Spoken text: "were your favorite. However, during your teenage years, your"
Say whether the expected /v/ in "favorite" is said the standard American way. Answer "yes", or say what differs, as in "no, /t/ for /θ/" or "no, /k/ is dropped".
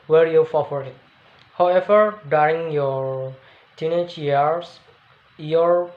no, /f/ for /v/